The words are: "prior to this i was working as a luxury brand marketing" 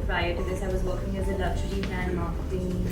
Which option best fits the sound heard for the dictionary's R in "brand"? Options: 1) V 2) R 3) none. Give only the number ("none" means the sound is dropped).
3